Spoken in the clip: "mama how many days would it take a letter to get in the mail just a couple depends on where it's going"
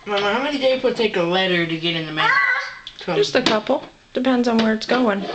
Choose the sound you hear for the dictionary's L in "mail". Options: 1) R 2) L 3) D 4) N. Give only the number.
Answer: 4